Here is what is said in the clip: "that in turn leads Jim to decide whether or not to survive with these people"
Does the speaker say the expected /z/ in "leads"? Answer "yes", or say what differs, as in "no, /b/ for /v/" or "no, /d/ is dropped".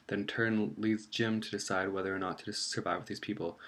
yes